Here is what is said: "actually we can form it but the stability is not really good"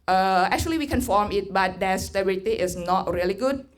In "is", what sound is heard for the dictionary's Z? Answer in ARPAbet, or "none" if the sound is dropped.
S